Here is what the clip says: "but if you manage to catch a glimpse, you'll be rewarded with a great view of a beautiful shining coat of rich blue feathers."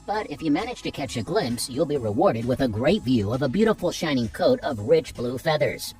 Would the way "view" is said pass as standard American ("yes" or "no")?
yes